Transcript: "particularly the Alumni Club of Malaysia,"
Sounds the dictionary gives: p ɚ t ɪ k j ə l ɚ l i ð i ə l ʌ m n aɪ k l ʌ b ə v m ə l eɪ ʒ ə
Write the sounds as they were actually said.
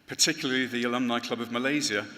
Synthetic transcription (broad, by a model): p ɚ t ɪ k j l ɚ l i ð i ə l ʌ m n aɪ k l ʌ b ə v m ə l eɪ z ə